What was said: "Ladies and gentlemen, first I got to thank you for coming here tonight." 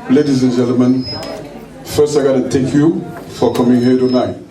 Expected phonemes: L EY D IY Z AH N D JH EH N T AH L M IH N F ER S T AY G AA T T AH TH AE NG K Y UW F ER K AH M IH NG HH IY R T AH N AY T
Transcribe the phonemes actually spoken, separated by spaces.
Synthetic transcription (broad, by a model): L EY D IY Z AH N JH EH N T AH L M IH N F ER S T AY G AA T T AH T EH K Y UW F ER K AH M IH NG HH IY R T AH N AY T